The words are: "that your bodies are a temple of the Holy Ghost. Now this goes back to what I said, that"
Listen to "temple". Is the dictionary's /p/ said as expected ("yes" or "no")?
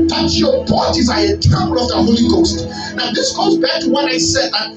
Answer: no